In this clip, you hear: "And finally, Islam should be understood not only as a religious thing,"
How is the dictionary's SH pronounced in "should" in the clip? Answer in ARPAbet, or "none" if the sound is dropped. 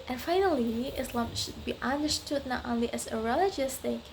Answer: SH